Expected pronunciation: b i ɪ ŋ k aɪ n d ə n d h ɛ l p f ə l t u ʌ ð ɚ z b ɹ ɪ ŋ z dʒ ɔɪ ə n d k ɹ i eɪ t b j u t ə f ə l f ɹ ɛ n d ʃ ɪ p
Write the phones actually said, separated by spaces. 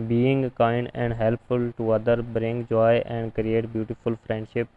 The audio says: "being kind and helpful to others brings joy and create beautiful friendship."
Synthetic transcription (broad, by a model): b i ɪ ŋ k aɪ n d ə n d h ɛ l p f ə l t u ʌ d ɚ b ɹ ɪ ŋ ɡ dʒ ɔɪ ə n d k ɹ i eɪ t b j u t ə f ə l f ɹ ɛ n d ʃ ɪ p